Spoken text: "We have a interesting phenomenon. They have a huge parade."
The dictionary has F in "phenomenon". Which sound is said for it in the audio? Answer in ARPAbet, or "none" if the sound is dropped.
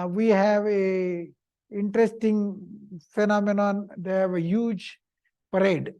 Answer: F